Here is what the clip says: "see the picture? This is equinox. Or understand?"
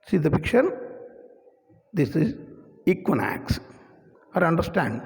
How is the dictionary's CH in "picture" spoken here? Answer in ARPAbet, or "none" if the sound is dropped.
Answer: SH